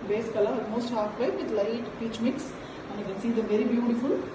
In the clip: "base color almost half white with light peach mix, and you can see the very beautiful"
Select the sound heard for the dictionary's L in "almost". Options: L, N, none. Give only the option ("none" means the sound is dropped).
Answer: none